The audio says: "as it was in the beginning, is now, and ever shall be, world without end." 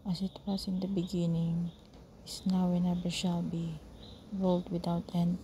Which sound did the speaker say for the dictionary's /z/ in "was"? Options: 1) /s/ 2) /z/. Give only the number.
1